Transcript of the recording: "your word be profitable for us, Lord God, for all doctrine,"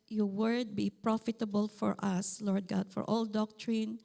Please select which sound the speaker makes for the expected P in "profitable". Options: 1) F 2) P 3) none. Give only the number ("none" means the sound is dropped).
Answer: 2